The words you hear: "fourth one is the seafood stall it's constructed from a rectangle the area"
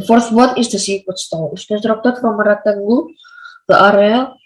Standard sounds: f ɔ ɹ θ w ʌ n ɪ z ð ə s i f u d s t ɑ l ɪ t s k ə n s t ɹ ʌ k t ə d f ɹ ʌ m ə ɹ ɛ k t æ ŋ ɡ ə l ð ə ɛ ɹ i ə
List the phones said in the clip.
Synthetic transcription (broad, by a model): f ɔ ɹ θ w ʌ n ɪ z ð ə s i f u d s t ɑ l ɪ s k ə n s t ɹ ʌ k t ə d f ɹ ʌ m ə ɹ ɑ t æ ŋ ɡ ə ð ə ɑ ɹ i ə